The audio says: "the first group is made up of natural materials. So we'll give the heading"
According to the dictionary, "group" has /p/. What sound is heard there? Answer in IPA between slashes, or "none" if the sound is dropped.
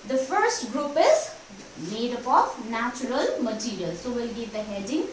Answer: /p/